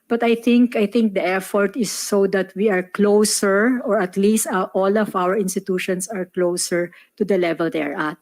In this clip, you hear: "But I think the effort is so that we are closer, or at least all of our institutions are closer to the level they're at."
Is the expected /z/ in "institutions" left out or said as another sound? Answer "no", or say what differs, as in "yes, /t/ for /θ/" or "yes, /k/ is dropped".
yes, /s/ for /z/